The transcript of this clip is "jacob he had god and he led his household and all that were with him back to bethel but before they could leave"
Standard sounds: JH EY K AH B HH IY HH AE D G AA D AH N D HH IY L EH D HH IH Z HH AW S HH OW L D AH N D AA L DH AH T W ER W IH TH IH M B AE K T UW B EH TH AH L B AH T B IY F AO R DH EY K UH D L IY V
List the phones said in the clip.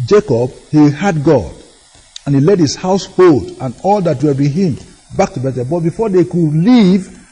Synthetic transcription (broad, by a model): JH EY K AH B HH IY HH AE D G AA D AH N HH IY L EH D HH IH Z HH AW S HH OW L D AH N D AA L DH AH T W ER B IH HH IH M B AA K T UW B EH T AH B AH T B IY F AO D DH EY K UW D L IY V